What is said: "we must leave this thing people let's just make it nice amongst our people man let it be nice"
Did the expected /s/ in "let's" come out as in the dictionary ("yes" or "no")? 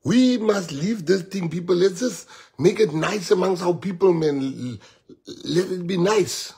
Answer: no